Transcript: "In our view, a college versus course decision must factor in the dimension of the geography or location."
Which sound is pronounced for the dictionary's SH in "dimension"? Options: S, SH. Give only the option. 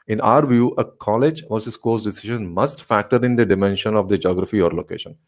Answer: SH